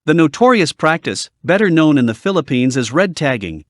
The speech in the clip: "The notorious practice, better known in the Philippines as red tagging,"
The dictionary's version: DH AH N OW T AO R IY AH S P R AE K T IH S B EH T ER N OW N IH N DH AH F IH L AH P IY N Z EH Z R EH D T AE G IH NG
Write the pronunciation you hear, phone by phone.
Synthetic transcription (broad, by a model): DH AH N OW T AO R IY AH S P R AE K T IH S B EH T ER N OW N IH N DH AH F IH L AH P IY N Z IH Z R EH D T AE G IH NG